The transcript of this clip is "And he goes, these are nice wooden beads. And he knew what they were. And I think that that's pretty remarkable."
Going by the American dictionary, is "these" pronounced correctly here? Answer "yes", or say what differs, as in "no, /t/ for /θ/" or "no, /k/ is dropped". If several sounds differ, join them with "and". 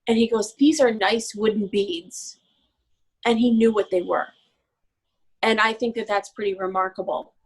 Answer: yes